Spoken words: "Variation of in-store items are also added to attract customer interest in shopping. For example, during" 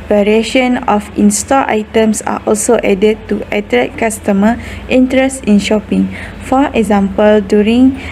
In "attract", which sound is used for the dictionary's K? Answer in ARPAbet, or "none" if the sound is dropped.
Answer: none